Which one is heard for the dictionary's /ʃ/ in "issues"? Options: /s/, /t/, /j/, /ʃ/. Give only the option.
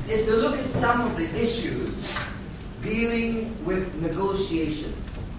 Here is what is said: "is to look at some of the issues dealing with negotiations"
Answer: /ʃ/